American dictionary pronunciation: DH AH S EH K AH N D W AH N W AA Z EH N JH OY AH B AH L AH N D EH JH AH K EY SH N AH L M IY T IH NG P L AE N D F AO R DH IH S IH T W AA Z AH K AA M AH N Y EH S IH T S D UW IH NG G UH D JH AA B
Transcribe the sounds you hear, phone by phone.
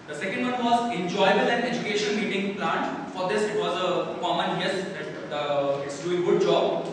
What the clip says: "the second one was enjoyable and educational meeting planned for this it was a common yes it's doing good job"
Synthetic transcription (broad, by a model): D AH S EH K AH N D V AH N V AA Z EH N JH OY AH B AH L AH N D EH JH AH K EY SH AH N M IY T IH NG P L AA N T F AO R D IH S IH T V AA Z AH K AA M AH N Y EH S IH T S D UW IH G UH D JH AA B